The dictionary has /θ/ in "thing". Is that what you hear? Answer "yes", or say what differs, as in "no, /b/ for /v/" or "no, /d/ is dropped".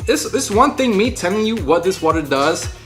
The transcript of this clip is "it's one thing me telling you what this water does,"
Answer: yes